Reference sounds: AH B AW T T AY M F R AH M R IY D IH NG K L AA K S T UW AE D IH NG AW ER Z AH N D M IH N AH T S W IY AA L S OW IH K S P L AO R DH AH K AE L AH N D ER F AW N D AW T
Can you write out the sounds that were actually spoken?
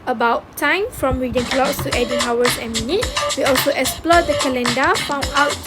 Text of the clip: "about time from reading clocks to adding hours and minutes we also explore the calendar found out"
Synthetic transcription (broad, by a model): AH B AW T T AY M F R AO M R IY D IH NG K L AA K S T UW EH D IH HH AW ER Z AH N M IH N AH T W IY AA L S OW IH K S P L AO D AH K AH L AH N D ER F AW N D AW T